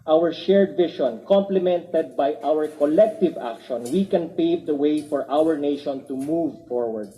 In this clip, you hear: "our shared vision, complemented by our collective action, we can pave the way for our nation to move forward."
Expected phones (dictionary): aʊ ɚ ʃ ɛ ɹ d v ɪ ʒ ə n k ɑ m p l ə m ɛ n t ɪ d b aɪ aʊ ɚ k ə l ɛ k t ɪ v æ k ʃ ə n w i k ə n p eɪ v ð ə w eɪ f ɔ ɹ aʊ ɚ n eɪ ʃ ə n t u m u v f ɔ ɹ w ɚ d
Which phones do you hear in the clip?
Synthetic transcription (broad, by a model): aʊ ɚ ʃ ɛ ɹ d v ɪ ʃ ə n k ɑ m p l ə m ɛ n t ɪ d b aɪ aʊ ɚ k ə l ɛ k t ɪ v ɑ k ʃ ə n w i k ə n p eɪ v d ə w eɪ f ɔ ɹ aʊ ɚ n eɪ ʃ ə n t u m u v f ɔ ɹ w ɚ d